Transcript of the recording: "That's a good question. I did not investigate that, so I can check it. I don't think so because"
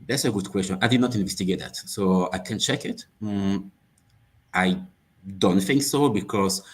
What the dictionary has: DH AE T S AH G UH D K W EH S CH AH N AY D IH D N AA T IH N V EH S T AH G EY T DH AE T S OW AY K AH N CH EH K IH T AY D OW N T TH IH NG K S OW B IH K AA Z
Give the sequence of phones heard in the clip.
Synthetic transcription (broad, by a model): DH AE T S AH G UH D K W EH S CH AH N AY D IH D N AA T IH N V EH S T AH G EY T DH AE T S OW AY K AH N CH EH K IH T AY D OW N T TH IH NG K S OW B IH K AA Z